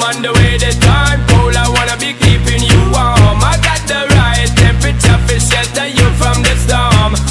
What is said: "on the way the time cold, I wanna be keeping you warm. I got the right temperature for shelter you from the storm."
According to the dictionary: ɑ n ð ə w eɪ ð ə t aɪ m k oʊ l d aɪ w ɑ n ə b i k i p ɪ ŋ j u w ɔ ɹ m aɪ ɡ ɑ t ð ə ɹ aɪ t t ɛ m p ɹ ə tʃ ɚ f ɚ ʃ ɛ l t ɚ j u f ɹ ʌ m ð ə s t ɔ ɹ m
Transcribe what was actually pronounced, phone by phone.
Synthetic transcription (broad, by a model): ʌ n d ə w eɪ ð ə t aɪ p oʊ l aɪ w ɑ n ə b i k i p ɪ ŋ j u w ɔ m aɪ ɡ ɑ t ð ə ɹ aɪ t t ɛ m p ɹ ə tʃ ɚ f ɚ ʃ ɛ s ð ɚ j u f ɹ ʌ m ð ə s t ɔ m